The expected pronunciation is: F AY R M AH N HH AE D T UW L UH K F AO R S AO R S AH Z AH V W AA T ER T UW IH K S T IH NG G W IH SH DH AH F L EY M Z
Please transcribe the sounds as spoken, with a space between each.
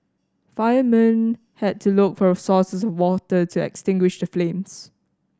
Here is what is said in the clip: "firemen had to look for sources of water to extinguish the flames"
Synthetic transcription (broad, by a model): F AY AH M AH N HH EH D T UW L UH K F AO R S AO S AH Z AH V W AA T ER T UW IH K S T IH NG G W IH SH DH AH F L EY M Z